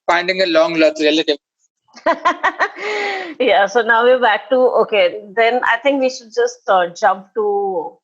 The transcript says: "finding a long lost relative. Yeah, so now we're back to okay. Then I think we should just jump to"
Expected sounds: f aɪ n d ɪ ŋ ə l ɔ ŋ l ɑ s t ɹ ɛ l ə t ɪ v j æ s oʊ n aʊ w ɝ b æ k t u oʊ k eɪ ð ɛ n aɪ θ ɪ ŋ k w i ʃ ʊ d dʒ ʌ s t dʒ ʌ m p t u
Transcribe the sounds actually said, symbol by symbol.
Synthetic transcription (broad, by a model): f aɪ n d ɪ ŋ ə l ɔ ŋ l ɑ t ɹ ɛ l ə t ɪ v j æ s oʊ n aʊ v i b æ k t u oʊ k eɪ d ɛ n aɪ t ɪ ŋ k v i ʃ ʊ d dʒ ʌ s t dʒ ʌ m p t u